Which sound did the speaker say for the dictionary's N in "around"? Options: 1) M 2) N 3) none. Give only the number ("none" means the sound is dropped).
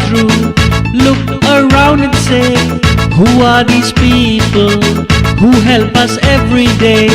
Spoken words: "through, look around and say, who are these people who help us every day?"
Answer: 2